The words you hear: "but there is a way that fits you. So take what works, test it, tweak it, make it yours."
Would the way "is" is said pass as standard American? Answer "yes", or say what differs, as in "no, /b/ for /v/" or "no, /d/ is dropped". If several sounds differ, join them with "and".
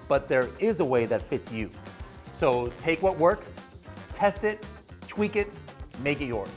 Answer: yes